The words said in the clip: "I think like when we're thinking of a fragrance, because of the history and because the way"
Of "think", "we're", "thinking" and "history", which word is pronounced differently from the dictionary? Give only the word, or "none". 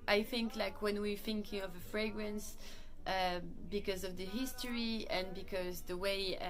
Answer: none